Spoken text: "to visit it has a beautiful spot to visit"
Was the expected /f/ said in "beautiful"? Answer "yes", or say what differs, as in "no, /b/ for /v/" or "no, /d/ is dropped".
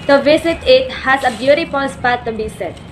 no, /p/ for /f/